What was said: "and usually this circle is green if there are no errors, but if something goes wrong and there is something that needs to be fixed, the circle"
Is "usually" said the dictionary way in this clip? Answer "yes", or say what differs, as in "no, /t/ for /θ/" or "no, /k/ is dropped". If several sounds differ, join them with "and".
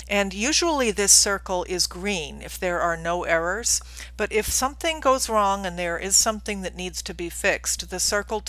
yes